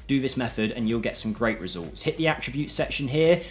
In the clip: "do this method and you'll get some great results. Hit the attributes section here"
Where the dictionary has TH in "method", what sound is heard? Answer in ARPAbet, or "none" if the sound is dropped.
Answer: TH